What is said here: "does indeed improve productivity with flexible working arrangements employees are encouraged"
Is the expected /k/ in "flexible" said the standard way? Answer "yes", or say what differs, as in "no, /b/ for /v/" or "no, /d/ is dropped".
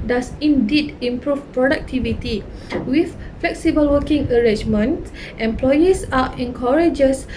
yes